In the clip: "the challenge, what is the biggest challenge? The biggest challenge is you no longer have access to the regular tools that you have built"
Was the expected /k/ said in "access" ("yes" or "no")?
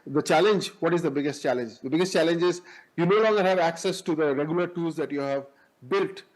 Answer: yes